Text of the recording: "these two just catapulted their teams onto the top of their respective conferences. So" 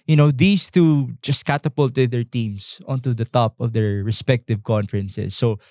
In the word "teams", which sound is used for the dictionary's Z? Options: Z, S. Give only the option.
S